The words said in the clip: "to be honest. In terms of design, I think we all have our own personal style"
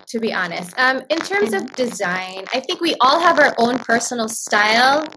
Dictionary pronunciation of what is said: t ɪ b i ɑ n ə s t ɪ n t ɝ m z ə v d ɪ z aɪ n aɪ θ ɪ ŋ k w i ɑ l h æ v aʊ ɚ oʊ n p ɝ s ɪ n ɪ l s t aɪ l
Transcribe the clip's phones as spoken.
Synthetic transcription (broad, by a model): t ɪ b i ɑ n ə s t ɪ n t ɝ m z ə v d ɪ z aɪ n aɪ θ ɪ ŋ k w i ɑ l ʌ v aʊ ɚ oʊ n p ɝ s n l s t aɪ l